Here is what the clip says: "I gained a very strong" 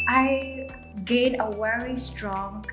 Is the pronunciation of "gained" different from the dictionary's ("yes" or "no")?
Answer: yes